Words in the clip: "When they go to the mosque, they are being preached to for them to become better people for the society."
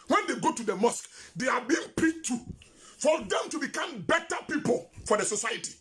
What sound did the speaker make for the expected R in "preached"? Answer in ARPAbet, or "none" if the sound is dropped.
none